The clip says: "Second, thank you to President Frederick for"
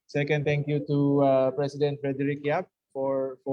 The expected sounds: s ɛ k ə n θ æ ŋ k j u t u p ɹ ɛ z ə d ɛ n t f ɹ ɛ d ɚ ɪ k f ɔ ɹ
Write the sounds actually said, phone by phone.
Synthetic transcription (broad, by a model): s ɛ k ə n t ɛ ŋ k j u t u p ɹ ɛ s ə d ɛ n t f ɹ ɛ d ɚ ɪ k f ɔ ɹ